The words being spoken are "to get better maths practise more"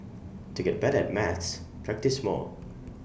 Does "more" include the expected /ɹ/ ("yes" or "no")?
no